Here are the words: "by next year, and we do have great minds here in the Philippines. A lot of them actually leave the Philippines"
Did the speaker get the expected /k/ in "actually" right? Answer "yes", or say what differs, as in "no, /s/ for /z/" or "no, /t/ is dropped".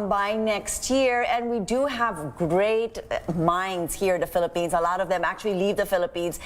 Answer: yes